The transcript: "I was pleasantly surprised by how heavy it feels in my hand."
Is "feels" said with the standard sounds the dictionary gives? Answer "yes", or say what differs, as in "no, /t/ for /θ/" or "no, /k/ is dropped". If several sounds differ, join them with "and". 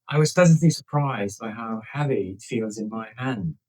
yes